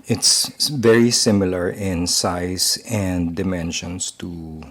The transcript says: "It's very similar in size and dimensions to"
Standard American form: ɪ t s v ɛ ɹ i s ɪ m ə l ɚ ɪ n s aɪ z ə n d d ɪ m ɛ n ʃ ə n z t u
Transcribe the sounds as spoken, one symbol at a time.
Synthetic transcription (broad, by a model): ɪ t s v ɛ ɹ i s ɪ m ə l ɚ ɪ n s aɪ s ə n d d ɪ m ɛ n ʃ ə n s t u